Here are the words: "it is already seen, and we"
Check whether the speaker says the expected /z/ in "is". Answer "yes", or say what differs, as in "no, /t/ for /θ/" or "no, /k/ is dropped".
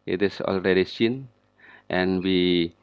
no, /s/ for /z/